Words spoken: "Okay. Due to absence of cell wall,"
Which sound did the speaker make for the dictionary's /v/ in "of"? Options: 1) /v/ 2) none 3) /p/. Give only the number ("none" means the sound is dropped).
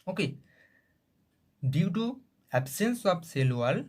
3